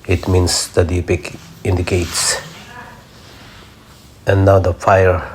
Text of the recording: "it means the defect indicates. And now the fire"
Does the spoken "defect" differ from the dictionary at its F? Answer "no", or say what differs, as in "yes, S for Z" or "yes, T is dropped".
yes, P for F